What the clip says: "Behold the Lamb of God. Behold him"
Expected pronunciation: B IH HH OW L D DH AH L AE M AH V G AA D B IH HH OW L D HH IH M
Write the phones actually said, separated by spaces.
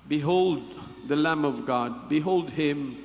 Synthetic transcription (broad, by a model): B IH HH OW L D DH AH L AE M AH V G AA D B IH HH OW L D HH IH M